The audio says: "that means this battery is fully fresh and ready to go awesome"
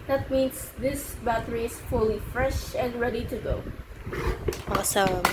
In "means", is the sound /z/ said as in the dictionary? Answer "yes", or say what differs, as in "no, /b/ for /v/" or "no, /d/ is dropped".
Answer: no, /s/ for /z/